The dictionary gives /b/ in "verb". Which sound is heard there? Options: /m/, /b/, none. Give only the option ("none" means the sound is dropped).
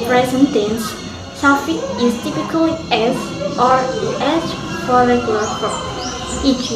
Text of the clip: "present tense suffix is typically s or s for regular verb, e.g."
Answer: none